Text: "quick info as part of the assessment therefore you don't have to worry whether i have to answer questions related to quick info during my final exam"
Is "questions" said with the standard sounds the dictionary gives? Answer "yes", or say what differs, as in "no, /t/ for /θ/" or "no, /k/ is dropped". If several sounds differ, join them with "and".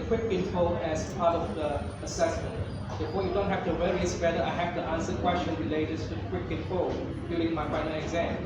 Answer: no, /z/ is dropped